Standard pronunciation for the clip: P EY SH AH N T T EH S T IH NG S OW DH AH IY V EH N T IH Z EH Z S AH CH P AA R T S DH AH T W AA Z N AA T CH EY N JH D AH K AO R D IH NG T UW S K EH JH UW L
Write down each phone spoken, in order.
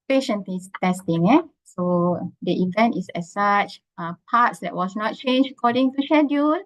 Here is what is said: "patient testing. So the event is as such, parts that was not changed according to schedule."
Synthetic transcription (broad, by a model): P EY SH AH N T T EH S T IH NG S OW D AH IY V EH N T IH S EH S S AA CH P AA T S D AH T W AA S N AA T CH EY N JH AH K AO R D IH NG T UW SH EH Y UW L